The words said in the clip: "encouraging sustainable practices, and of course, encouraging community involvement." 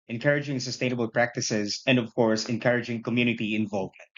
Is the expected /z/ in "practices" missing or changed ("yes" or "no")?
no